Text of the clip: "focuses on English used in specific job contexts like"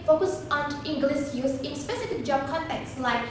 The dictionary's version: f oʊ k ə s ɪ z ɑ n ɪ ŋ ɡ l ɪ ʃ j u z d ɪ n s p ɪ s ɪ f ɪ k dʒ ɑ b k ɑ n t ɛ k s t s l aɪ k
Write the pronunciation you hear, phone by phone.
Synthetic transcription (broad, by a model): f oʊ k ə s ɑ n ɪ ŋ ɡ l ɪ s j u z ɪ n s p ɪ s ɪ f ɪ k dʒ ɑ b k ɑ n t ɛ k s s l aɪ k